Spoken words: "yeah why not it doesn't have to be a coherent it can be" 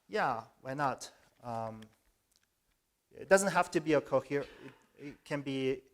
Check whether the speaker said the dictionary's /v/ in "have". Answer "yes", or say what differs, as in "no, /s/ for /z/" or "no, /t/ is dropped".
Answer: no, /f/ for /v/